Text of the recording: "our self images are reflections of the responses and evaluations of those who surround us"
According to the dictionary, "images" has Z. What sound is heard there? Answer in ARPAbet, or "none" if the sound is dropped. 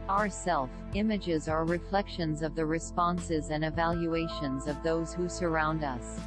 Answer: Z